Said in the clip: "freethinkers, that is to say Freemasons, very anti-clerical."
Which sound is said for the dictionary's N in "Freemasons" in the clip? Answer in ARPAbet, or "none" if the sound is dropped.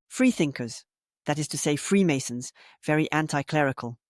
N